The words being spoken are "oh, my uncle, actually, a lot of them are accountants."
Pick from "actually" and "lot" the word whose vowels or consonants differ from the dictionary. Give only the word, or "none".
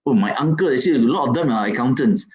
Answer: actually